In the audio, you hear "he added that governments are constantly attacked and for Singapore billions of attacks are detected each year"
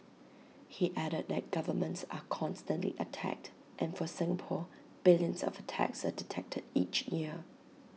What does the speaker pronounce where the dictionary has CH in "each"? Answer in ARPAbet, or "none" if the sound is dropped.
CH